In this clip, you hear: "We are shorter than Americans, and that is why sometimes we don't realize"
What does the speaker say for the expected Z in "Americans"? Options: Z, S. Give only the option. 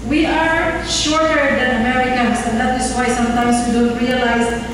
S